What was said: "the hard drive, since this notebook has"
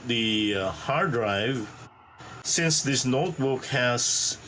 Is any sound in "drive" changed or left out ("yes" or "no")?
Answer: no